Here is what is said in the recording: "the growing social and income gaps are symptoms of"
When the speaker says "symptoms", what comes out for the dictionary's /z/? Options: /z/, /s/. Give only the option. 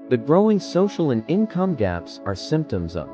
/z/